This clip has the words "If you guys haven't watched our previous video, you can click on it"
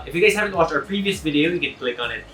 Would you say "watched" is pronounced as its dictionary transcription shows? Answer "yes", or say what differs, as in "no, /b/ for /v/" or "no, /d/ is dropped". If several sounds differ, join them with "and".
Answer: no, /t/ is dropped